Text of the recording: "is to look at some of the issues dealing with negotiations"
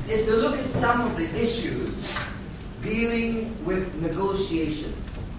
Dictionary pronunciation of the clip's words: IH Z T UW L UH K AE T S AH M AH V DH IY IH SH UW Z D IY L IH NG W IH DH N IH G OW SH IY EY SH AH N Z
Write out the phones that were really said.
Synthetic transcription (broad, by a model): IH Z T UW L UH K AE T S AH M AH V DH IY IH SH UW Z D IY L IH NG W IH DH N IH G OW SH IY EY SH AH N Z